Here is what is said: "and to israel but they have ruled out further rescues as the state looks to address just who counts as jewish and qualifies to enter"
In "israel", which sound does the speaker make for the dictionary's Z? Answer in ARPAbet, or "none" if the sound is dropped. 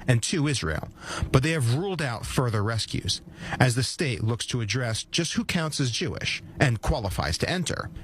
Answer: Z